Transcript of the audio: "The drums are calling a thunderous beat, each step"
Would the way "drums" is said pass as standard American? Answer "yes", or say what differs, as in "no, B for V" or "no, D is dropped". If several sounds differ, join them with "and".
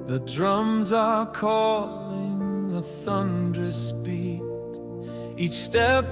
yes